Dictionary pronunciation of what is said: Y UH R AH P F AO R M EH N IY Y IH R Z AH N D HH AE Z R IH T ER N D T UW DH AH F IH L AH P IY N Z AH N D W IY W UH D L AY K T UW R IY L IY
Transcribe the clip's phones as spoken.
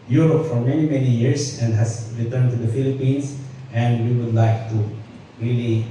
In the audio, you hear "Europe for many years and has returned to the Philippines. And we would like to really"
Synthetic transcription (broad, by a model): Y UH R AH P F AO R M EH N IY Y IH R S AH N D HH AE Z R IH T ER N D T UW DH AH F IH L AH P IY N S AH N D W IY W UH D L AY K T UW R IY L IY